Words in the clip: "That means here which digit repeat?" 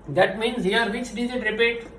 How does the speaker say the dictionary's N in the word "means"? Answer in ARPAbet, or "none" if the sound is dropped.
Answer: N